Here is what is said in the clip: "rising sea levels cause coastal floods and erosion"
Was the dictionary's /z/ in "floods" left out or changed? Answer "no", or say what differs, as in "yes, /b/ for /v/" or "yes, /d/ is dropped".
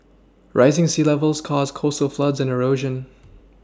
no